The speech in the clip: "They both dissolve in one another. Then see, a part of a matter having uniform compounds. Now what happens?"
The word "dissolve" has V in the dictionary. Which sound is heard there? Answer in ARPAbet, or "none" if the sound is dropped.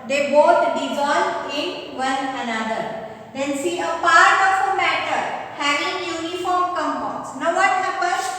none